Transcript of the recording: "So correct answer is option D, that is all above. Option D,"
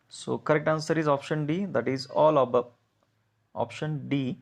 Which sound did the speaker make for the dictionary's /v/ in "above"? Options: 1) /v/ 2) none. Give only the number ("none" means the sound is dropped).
2